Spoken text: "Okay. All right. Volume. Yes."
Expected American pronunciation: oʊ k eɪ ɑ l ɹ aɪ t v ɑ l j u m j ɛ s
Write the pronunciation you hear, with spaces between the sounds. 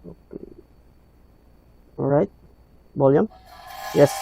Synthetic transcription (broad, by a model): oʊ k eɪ ɹ aɪ t b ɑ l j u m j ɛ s